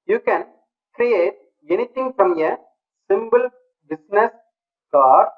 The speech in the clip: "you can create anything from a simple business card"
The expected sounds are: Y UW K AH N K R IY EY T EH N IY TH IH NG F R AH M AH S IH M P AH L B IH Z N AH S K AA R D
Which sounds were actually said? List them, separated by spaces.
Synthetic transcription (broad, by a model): Y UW K AH N K R IY EY T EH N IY T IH NG F R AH M AH S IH M B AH L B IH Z N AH S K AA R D